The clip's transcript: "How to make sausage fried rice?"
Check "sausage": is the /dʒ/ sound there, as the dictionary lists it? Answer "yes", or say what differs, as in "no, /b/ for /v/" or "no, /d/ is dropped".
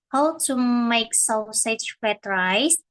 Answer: no, /tʃ/ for /dʒ/